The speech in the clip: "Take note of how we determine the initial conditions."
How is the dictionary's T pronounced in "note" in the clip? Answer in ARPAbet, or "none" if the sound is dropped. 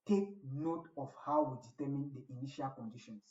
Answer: T